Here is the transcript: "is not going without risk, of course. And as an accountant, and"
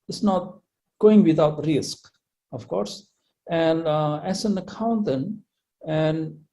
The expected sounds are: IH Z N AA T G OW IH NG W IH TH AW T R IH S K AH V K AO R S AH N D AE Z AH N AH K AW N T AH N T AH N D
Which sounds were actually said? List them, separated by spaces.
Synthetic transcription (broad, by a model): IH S N AA T G OW IH NG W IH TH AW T R IH S K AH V K AO R S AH N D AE S AH N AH K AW N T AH N AH N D